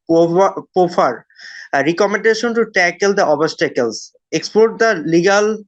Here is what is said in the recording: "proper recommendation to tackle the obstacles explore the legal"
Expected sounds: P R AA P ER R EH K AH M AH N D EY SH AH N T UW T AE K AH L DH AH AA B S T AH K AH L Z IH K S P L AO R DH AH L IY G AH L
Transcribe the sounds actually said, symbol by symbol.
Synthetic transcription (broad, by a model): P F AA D R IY K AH M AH N D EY SH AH N T UW T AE K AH L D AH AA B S T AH K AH L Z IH K S P AO R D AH L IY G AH L